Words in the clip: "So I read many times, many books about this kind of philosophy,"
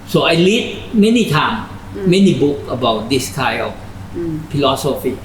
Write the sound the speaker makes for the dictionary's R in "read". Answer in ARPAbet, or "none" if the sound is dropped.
L